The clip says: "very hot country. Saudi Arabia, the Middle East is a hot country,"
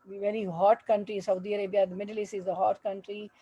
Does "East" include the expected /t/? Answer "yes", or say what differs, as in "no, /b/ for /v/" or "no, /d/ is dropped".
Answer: no, /t/ is dropped